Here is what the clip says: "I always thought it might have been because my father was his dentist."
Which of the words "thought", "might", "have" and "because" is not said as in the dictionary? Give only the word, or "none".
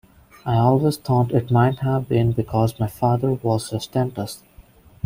thought